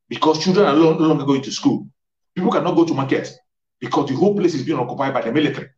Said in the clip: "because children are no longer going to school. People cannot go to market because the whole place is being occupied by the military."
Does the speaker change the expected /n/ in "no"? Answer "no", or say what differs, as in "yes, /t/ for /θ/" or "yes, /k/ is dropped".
yes, /l/ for /n/